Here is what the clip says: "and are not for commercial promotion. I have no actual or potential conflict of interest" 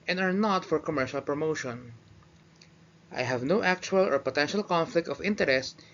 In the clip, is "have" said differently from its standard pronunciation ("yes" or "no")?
no